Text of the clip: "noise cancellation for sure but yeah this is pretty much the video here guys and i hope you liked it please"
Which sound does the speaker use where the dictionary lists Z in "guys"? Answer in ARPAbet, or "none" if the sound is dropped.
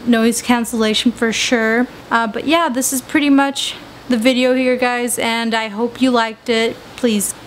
Z